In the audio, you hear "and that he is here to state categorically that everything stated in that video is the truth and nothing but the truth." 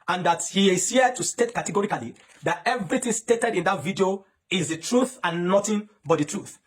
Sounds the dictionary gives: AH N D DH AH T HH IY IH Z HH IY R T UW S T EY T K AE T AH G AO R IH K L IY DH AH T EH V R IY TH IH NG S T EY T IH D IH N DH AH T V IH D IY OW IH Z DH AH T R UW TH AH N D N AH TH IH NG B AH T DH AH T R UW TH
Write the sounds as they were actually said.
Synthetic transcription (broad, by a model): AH N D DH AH T HH IY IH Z HH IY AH T UW S T EY T K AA T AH G AO R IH K L IY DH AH T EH V R IY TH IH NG S T EY T IH D IH N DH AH T V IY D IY OW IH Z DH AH T R UW TH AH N N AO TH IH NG B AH T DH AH T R UW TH